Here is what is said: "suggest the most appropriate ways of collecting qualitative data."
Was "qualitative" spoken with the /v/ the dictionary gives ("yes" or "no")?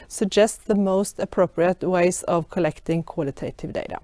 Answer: yes